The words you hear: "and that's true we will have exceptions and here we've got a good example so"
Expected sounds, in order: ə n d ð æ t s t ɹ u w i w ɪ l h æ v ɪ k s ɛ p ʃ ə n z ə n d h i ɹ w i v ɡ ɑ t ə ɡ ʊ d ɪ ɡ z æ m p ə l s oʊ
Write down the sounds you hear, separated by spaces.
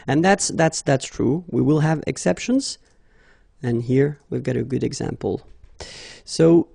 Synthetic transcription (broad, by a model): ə n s ð æ t s t ɹ u w i w ɪ l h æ v ɪ k s ɛ p ʃ ə n z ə n h i ɹ w i v ɡ ɑ t ə ɡ ʊ d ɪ ɡ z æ m p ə l s oʊ